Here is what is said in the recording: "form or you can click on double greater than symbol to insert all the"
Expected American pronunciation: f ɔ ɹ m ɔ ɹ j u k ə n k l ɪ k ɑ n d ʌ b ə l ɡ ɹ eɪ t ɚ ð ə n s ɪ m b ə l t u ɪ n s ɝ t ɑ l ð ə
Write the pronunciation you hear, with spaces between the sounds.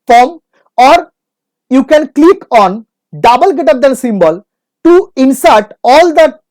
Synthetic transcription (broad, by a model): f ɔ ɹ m ɔ ɹ j u k ə n k l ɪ k ɑ n d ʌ b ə l ɡ eɪ t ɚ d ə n s ɪ m b ə l t u ɪ n s ɝ t ɑ l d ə